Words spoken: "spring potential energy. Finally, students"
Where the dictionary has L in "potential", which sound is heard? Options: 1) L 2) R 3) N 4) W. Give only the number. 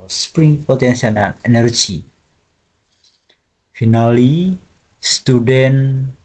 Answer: 3